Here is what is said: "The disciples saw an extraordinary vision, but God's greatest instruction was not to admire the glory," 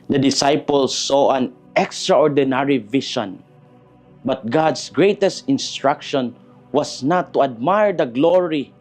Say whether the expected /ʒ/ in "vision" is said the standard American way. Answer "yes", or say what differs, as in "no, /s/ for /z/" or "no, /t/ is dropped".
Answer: no, /ʃ/ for /ʒ/